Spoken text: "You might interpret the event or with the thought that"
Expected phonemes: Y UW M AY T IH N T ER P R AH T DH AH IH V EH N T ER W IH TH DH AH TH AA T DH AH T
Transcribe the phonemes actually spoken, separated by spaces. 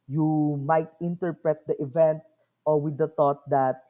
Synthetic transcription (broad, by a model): Y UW M AY T IH N T ER P R AH T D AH IH V EH N T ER W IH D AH T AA T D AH T